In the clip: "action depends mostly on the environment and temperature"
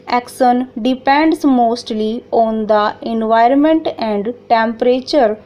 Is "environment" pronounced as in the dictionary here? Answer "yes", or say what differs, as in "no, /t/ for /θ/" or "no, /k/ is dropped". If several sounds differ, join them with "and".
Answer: yes